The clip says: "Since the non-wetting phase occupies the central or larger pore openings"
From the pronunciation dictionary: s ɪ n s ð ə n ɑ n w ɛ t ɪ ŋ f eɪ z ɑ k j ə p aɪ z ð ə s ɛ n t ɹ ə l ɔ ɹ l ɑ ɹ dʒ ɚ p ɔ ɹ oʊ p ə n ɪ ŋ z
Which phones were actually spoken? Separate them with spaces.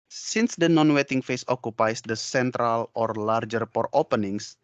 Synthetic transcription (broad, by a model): s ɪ n s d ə n ɑ n w ɛ t ɪ ŋ f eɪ s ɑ k j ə p aɪ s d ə s ɛ n t ɹ ə l ɔ ɹ l ɑ ɹ dʒ ɚ p ɔ ɹ oʊ p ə n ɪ ŋ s